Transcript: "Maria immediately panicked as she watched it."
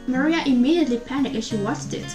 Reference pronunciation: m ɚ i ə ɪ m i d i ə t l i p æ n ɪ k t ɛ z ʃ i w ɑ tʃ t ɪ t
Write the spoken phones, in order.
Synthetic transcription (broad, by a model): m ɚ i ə ɪ m i d i ə t l i p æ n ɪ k ɪ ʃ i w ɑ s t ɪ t